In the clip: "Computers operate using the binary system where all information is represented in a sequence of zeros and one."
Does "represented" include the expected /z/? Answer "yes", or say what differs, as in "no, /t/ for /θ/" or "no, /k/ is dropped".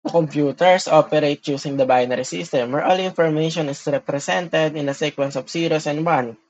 no, /s/ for /z/